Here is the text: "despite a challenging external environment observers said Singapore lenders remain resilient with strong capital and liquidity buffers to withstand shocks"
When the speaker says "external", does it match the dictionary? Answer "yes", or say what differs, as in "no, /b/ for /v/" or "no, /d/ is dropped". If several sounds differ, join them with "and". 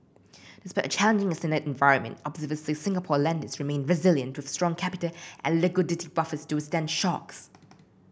no, /k/ is dropped